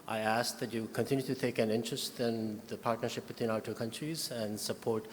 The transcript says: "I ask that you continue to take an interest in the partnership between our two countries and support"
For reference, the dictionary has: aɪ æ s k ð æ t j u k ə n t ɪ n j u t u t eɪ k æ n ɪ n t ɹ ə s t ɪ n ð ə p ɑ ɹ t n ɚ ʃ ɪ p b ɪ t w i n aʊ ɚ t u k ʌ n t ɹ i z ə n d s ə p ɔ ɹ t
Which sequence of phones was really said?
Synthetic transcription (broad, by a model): aɪ æ s k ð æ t j u k ə n t ɪ n j u t u t eɪ k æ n ɪ n t ɹ ə s t ɪ n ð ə p ɑ ɹ t n ɚ ʃ ɪ p b ɪ t w i n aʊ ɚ t u k ʌ n t ɹ i z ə n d s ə p ɔ ɹ t